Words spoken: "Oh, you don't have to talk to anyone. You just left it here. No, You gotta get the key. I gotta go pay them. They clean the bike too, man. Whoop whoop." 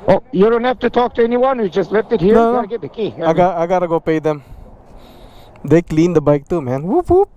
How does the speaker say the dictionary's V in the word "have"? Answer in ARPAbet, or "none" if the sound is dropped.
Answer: F